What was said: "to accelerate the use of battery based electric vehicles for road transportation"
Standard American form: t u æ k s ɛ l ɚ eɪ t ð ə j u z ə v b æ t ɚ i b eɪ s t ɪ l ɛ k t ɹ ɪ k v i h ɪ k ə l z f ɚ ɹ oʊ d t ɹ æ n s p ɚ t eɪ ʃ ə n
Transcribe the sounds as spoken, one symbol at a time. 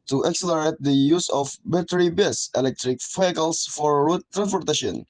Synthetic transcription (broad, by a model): t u æ k s ɛ l ɚ eɪ t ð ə j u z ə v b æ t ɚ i b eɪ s ɪ l ɛ k t ɹ ɪ k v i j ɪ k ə l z f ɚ ɹ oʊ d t ɹ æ n s p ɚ t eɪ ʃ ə n